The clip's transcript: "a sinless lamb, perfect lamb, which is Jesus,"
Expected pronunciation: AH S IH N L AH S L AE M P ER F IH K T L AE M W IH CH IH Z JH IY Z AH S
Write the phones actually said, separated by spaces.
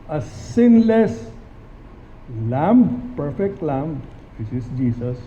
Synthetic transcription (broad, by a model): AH S IH N L AH S L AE M P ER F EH K T L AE M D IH S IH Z JH IY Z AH S